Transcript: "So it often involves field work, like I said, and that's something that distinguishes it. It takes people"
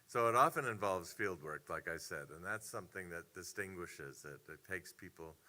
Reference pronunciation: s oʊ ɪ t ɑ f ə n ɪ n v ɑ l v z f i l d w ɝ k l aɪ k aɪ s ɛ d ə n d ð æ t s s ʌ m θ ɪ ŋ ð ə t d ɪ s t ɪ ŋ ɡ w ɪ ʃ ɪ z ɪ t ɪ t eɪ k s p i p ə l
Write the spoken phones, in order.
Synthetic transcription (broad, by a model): s oʊ ɪ t ɑ f ə n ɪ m v ɑ l v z f i l d w ɝ k l aɪ k aɪ s ɛ d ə n ð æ t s s ʌ m θ ɪ ŋ ð ə t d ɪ s t ɪ ŋ ɡ w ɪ ʃ ɪ z ɪ t ɪ t eɪ k s p i p l